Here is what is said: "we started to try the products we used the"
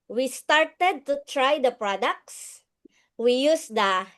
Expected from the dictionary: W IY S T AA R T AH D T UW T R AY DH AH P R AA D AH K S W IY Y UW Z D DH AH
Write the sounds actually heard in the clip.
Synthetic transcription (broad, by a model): W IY S T AA R T AH D T UW T R AY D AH P R AA D AH K S W IY Y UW S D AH